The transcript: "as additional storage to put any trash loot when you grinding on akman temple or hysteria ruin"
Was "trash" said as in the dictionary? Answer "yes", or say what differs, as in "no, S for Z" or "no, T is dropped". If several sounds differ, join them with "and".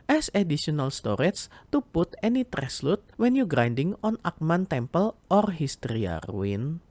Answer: no, S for SH